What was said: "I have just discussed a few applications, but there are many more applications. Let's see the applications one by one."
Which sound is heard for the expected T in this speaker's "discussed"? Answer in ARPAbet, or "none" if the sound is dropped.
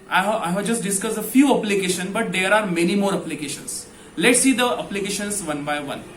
none